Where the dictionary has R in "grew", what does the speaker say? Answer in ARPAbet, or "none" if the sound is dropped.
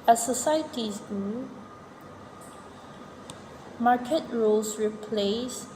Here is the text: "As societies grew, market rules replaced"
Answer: none